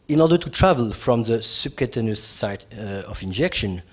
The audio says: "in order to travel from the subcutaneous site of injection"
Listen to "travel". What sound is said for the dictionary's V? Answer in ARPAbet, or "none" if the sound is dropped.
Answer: V